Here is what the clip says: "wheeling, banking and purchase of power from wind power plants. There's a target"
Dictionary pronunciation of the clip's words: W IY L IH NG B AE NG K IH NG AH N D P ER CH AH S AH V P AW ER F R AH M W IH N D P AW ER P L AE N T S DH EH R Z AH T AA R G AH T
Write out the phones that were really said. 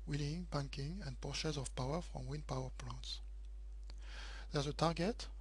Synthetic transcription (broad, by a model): W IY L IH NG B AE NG K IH NG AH N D P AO SH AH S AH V P AW ER F R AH M W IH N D P AW ER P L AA N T S DH EH R Z AH T AA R G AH T